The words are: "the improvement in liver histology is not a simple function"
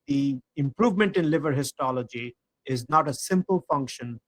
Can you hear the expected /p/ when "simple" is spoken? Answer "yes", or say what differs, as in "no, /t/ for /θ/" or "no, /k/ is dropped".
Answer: yes